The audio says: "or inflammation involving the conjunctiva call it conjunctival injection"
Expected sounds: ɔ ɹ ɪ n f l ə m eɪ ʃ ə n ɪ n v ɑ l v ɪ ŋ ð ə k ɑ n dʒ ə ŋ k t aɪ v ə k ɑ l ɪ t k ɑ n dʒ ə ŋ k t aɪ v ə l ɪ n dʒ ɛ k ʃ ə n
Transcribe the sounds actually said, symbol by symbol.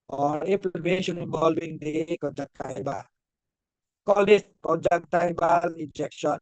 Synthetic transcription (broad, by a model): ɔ ɹ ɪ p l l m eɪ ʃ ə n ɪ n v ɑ l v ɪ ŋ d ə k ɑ dʒ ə k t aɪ b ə k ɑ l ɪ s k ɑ dʒ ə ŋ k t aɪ b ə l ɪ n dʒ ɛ k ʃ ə n